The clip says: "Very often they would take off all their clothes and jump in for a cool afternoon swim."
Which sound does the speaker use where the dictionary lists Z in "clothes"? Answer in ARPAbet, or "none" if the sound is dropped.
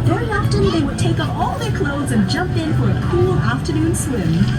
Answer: Z